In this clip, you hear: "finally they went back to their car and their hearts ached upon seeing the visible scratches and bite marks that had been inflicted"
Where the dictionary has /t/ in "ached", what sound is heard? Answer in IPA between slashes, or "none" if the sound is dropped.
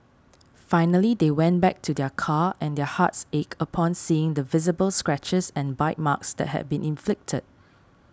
none